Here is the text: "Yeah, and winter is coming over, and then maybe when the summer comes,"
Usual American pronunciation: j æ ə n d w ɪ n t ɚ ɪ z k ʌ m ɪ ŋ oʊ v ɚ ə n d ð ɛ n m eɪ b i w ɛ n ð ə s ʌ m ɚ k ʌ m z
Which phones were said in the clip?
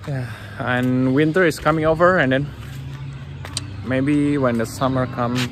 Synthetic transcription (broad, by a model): j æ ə n w ɪ n t ɚ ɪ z k ʌ m ɪ ŋ oʊ v ɚ ə n d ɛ n m eɪ b i w ɛ n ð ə s ʌ m ɚ k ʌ m